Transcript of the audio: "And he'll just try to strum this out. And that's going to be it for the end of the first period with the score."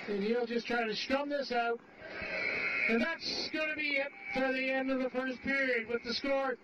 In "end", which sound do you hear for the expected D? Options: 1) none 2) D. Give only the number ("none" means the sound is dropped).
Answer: 2